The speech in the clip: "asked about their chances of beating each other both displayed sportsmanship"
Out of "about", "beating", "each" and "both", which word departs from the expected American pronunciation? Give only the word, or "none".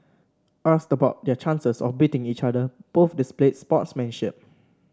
both